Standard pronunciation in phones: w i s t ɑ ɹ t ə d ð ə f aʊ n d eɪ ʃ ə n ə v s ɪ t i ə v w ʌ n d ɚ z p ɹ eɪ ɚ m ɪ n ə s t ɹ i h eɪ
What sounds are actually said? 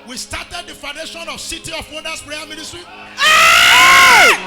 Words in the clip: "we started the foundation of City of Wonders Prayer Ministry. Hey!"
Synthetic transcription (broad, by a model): w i s t ɑ t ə d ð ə f aʊ n d eɪ ʃ ə n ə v s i t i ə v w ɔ d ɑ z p ɹ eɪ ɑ m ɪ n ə s t ɹ i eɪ